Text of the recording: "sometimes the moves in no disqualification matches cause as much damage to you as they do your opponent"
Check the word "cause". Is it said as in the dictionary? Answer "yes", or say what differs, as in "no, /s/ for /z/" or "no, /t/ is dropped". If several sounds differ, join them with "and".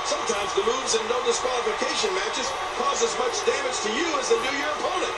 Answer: yes